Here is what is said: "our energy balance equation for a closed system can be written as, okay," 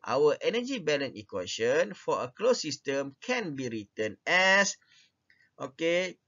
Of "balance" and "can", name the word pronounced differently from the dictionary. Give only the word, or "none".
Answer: balance